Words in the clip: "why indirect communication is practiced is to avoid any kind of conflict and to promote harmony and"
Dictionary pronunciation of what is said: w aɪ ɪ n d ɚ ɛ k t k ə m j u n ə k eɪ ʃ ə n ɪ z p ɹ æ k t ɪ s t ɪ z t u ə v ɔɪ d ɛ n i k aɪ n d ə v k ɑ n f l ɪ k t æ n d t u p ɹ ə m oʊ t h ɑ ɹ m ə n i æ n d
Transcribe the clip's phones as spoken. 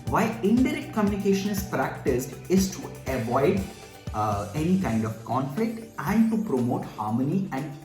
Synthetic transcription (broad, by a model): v aɪ ɪ n d ɚ ɛ k t k ə m j u n ə k eɪ ʃ ə n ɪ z p ɹ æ k t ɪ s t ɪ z t u ə v ɔɪ d ɛ n i k aɪ n d ə v k ɑ n f l ɪ k t æ n d t u p ɹ ə m oʊ t h ɑ ɹ m ə n i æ n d